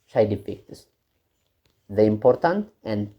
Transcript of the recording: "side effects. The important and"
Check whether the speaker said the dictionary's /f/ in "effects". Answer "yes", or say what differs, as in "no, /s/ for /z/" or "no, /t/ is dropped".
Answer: no, /p/ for /f/